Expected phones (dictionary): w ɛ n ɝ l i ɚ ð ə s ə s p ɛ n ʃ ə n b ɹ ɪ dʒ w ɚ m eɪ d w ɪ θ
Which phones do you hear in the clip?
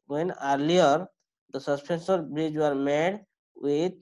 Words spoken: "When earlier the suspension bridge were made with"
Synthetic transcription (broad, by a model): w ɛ n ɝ l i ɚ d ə s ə s p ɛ n s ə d b ɹ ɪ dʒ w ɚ m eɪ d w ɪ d